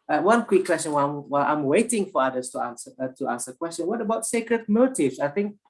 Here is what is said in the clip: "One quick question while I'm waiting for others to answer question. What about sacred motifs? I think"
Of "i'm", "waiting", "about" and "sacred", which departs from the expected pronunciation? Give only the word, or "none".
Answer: none